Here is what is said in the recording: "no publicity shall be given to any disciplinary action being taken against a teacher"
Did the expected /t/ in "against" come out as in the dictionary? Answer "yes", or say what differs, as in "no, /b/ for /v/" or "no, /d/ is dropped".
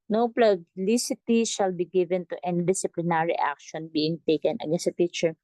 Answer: no, /t/ is dropped